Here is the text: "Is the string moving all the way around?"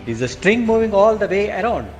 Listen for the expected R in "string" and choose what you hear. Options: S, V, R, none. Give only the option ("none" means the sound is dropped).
R